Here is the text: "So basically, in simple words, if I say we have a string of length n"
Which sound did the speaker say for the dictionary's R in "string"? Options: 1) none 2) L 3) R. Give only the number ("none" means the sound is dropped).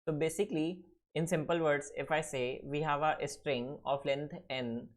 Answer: 3